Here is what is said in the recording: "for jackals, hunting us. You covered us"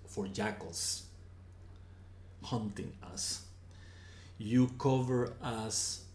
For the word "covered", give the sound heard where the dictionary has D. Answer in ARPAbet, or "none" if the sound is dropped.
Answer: none